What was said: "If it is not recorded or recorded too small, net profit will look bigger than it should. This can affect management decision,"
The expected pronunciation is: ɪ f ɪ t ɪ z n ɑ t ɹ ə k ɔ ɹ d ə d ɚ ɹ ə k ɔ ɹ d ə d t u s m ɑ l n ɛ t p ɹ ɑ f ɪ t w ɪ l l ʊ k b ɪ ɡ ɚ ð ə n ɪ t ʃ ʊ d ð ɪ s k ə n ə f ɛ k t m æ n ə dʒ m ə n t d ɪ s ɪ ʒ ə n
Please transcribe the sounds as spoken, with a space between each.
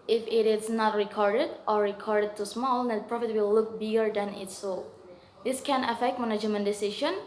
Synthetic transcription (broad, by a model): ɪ f ɪ t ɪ s n ɑ t ɹ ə k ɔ ɹ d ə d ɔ ɹ ə k ɔ ɹ d ə d t u s m ɑ l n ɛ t p ɹ ɑ f ɪ t w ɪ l l ʊ k b ɪ ɡ ɚ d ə n ɪ t s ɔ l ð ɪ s k ə n ə f ɛ k t m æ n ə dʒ m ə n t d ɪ s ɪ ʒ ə n